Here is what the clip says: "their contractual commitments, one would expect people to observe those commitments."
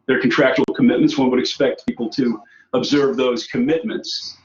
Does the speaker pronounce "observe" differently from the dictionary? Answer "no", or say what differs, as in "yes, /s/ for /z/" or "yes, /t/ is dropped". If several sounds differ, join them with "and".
no